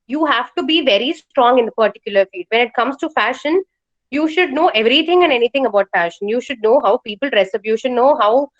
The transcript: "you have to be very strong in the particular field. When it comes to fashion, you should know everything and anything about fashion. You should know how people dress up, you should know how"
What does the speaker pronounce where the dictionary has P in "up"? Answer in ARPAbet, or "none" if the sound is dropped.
B